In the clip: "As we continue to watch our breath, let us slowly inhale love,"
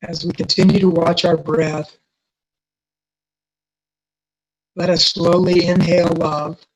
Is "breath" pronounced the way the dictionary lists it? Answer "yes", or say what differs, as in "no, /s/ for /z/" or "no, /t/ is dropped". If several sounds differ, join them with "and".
yes